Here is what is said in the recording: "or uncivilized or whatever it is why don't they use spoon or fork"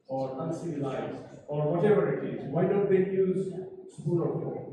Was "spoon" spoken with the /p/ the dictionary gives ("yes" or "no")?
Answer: no